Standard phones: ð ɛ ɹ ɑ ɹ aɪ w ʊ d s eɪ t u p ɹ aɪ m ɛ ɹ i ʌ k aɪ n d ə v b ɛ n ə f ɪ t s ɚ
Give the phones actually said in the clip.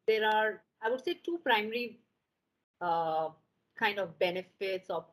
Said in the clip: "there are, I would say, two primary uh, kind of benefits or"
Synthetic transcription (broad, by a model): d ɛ ɹ ɑ ɹ aɪ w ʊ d s eɪ t u p ɹ aɪ m ɛ ɹ i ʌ k aɪ n d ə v b ɛ n ə f ɪ t s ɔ